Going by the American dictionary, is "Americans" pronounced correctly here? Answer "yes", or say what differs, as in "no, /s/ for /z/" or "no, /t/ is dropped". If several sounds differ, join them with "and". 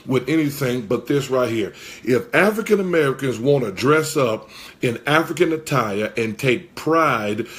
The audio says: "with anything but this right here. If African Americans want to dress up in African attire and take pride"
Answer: yes